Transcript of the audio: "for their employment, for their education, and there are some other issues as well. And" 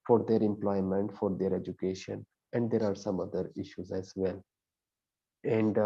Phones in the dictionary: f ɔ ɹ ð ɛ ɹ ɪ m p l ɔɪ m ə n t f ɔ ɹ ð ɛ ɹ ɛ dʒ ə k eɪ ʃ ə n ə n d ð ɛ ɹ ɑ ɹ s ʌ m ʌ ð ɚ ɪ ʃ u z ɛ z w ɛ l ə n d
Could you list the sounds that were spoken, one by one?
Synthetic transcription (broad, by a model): f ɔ ɹ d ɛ ɹ ɪ m p l ɔɪ m ə n t f ɔ ɹ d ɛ ɹ ɛ dʒ ə k eɪ ʃ ə n ə n d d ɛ ɹ ɑ ɹ s ʌ m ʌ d ɚ ɪ ʃ u z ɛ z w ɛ l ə n d